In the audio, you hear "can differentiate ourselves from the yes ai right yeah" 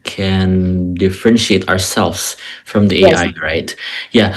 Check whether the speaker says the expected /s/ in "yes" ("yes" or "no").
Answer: no